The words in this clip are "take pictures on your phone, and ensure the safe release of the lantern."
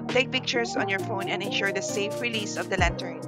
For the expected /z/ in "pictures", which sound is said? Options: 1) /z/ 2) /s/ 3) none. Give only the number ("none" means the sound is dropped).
2